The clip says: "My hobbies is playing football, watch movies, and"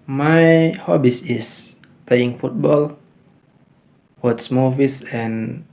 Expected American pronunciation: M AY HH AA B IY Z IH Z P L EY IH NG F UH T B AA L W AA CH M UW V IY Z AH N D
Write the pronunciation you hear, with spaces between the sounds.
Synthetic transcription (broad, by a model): M AY HH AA B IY S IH S P L EY IH NG F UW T B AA L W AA S M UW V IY S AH N